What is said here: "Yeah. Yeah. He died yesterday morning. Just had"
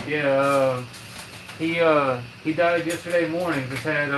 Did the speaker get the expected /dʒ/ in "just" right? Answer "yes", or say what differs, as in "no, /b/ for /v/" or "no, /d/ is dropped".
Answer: no, /z/ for /dʒ/